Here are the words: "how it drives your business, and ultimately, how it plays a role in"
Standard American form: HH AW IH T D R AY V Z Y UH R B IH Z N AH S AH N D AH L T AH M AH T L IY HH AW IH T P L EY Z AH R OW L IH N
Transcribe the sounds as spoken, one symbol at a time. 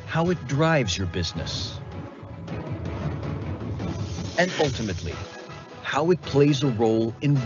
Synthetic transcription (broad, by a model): HH AW IH T D R AY V Z Y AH R B IH Z N AH S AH N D AH L T AH M AH T L IY HH AW IH T P L EY Z AH R OW L IH N